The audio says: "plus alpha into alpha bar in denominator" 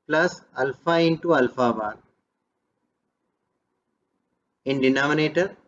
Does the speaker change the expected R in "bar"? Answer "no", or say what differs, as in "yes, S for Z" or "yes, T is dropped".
yes, L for R